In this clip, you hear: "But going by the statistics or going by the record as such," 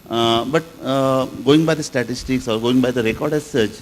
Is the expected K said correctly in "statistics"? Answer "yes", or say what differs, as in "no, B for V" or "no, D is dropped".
yes